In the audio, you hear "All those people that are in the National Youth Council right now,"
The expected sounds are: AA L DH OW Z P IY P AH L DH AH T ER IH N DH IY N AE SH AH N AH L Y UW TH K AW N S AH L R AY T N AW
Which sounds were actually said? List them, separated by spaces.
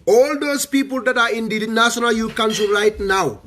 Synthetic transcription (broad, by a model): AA L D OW S P IY P AH L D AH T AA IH N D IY N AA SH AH N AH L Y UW K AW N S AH R AY T N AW